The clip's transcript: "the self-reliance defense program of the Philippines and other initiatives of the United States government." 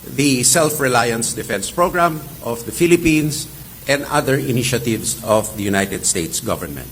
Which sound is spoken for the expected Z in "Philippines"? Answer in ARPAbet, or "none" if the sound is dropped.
S